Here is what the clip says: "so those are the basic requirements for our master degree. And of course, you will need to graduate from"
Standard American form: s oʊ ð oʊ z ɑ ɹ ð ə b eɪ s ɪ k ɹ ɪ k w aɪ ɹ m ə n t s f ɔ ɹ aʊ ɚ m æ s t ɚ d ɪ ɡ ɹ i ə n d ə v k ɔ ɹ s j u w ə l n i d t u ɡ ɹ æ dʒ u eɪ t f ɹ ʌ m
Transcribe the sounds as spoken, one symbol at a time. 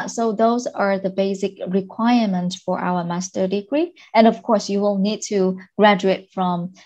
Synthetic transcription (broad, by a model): s oʊ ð oʊ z ɑ ɹ ð ə b eɪ s ɪ k ɹ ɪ k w aɪ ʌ m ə n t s f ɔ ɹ aʊ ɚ m æ s t ɚ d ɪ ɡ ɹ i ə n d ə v k ɔ ɹ s j u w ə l n i d t u ɡ ɹ æ dʒ u eɪ t f ɹ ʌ m